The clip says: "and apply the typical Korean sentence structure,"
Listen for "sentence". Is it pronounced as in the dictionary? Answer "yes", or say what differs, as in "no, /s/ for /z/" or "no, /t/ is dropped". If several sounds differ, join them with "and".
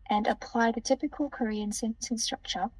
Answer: no, /s/ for /t/